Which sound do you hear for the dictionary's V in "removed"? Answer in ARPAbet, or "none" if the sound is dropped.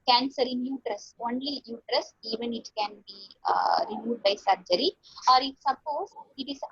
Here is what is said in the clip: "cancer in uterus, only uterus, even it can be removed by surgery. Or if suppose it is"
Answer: none